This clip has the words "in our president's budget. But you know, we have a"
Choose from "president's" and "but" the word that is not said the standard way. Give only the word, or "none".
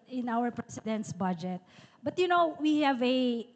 president's